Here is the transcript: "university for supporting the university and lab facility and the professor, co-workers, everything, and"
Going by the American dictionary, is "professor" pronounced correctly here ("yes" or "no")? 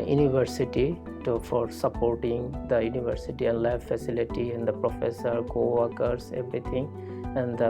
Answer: yes